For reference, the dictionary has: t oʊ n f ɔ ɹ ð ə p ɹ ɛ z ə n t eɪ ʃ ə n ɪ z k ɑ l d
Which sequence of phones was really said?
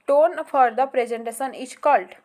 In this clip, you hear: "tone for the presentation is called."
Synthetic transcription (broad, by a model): t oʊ n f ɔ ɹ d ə p ɹ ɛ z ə n t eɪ s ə n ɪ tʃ k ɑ l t